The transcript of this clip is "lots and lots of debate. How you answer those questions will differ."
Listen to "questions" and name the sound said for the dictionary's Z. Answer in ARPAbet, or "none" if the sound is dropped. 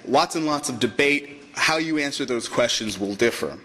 Z